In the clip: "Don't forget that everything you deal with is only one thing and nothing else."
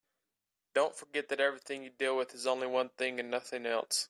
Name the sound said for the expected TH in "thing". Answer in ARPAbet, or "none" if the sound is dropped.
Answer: TH